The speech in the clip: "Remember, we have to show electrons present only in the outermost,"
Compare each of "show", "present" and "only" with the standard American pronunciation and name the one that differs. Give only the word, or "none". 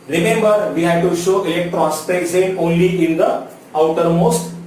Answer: present